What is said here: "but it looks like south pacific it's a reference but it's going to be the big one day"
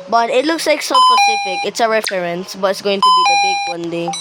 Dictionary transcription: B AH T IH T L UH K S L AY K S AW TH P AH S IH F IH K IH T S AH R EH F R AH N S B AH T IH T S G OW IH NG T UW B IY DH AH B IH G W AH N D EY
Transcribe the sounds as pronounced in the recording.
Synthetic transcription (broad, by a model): B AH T IH T L UH K S L AY K S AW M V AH IY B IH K IH T S AH R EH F R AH N S B AH T IH T S G OW IH NG T UW B IY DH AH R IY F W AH N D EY